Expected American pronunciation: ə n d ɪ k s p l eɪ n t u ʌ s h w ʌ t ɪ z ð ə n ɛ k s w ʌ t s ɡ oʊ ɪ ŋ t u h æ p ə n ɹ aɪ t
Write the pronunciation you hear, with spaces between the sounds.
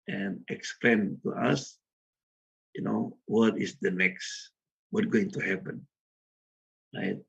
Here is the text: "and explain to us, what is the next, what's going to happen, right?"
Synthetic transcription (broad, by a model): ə n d ɪ k s p l eɪ n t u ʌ s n w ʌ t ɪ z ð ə n ɛ k s w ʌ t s ɡ oʊ ɪ ŋ t u h æ p ə n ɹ aɪ t